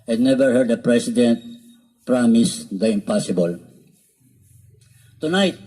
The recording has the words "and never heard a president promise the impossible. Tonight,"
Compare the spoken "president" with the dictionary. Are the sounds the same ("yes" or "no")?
no